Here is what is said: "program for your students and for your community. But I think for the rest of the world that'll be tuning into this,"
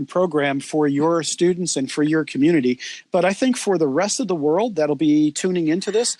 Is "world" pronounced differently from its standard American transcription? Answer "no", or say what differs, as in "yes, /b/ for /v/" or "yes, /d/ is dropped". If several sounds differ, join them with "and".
no